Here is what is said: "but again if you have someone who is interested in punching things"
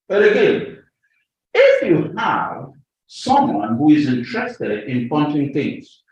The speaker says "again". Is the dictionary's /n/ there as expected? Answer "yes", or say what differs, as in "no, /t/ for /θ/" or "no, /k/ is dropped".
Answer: no, /n/ is dropped